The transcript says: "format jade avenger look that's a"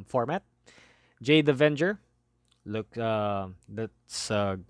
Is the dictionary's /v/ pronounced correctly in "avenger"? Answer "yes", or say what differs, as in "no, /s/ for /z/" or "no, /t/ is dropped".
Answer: yes